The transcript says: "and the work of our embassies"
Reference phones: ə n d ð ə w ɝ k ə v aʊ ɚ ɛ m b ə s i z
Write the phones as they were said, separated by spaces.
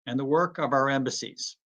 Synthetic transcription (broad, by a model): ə n ð ə w ɝ k ə v aʊ ɚ ɛ m b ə s i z